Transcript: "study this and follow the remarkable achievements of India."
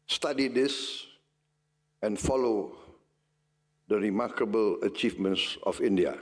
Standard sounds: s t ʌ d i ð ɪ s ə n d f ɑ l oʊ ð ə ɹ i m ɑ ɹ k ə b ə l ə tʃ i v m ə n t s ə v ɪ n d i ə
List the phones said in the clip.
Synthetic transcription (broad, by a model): s t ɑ d i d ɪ s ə n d f ɑ l oʊ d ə ɹ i m ɑ k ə b ə l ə tʃ i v m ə n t s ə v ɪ n d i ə